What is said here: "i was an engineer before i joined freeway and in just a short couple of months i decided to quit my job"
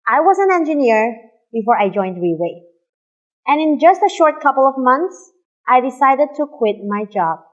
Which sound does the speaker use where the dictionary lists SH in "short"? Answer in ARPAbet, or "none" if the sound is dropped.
SH